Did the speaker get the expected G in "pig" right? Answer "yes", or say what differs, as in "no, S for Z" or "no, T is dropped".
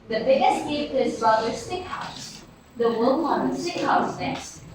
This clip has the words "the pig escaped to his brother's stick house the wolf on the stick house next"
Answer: no, G is dropped